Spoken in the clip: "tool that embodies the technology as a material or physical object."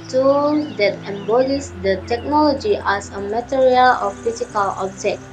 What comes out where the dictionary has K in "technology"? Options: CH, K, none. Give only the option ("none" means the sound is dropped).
K